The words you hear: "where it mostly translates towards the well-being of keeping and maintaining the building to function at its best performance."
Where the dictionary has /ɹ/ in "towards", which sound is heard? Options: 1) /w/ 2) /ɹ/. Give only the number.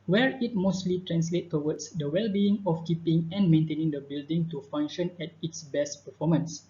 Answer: 1